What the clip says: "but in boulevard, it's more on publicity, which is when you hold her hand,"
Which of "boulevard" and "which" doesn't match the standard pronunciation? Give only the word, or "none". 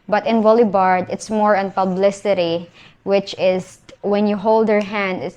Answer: boulevard